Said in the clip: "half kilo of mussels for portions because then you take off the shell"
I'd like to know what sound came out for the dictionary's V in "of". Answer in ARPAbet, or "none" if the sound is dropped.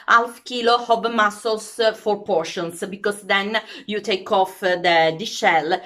B